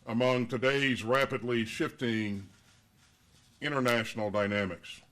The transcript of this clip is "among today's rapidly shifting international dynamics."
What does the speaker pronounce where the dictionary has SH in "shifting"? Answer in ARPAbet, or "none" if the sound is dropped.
SH